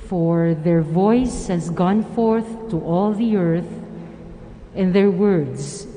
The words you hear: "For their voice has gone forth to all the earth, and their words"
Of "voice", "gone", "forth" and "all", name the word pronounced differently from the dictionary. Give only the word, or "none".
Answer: none